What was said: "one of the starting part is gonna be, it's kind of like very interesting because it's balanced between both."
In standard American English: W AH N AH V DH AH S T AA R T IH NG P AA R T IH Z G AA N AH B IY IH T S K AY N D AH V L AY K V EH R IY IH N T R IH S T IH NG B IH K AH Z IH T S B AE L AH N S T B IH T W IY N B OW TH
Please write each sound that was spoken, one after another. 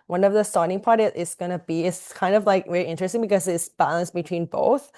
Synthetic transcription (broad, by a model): W AH N AH V DH AH S T AA R T IH NG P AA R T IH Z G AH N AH B IY IH T S K AY N D AH V L AY K V EH R IY IH N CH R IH S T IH NG B IH K AH Z IH T S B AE L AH N S B IH T W IY N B OW TH